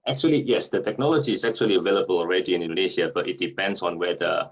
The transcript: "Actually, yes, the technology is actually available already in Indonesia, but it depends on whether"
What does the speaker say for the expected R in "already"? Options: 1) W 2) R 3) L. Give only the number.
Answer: 2